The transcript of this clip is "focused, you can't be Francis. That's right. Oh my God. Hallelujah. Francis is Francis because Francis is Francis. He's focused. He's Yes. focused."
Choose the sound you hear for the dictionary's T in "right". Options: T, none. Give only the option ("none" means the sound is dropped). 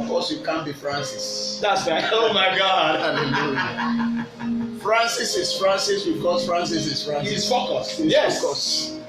none